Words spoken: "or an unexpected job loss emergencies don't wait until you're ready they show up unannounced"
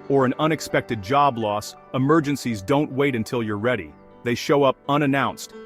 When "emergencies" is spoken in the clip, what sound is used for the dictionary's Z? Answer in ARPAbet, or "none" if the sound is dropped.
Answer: Z